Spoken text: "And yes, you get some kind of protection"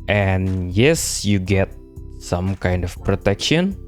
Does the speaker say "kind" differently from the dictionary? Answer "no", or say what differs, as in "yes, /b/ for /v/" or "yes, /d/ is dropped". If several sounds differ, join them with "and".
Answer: no